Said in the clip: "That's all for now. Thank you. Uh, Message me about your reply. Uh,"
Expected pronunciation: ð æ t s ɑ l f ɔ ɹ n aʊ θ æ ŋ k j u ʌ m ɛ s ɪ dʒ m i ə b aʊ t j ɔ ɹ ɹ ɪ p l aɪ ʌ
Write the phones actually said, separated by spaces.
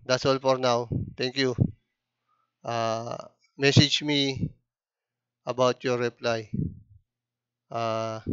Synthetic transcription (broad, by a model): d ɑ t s ɑ l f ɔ ɹ n aʊ t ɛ ŋ k j u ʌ m ɛ s ɪ dʒ m i ə b aʊ t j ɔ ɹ ɹ ɪ p l aɪ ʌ